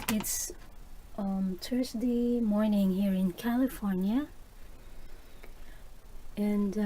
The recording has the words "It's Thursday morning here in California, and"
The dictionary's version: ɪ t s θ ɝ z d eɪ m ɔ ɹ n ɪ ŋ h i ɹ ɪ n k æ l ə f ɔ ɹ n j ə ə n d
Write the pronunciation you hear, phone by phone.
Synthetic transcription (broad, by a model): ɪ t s t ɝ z d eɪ m ɔ ɹ n ɪ ŋ h i ɹ ɪ n k æ l ə f ɔ ɹ n j ə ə n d